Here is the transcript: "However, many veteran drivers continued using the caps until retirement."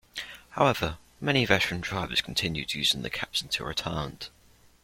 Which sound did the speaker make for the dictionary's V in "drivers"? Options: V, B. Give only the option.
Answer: B